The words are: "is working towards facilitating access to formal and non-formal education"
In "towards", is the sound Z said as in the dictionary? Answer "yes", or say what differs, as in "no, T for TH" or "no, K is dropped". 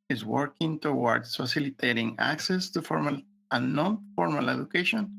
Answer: no, S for Z